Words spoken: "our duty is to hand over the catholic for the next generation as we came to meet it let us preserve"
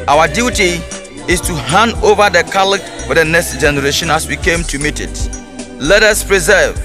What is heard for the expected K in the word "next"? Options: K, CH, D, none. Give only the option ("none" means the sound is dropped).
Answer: K